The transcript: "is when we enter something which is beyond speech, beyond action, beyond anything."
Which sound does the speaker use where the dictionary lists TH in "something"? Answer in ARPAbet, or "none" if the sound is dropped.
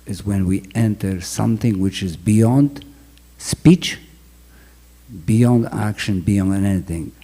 TH